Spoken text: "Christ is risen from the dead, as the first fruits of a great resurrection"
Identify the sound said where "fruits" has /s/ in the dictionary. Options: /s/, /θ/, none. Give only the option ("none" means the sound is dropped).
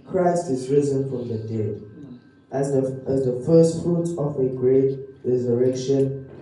none